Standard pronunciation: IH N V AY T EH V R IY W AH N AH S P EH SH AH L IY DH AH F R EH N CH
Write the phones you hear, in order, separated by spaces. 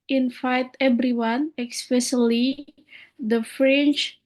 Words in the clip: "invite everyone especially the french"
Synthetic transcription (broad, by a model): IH N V AY T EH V R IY W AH N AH S P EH S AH L IY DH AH F R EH N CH